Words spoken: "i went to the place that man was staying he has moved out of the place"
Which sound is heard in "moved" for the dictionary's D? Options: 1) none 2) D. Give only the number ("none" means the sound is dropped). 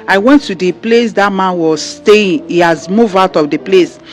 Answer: 1